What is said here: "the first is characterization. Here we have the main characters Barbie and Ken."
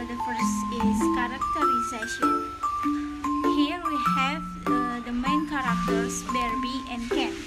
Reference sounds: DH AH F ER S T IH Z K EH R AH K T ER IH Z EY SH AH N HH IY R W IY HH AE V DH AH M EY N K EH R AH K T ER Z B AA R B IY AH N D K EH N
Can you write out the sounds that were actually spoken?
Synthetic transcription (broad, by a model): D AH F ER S IH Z K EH R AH K T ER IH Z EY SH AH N HH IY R W IY HH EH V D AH M EY N K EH R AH K T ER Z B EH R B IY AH N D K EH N